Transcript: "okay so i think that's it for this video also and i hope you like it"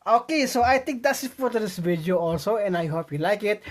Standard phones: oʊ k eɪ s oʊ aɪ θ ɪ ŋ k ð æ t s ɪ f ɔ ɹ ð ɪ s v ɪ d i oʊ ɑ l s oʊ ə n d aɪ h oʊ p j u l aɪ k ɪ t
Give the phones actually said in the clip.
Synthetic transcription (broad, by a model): oʊ k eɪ s oʊ aɪ t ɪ ŋ k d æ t s ɪ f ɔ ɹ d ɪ s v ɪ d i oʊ ɑ l s oʊ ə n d aɪ h oʊ p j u l aɪ k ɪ t